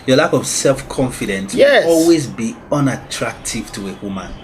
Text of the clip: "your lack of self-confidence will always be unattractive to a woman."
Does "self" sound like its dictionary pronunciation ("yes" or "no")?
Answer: yes